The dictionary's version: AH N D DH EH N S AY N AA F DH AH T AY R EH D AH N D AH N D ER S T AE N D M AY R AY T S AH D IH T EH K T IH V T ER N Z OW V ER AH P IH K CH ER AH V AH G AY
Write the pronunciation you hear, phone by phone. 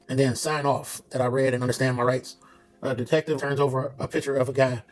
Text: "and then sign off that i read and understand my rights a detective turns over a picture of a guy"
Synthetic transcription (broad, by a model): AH N DH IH N S AY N AA F DH AH T AY R EH D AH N AH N D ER S T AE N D M AY R AY T S AH D IH T EH K T IH V T ER N Z OW V ER AH P IH K CH ER AH V AH G AY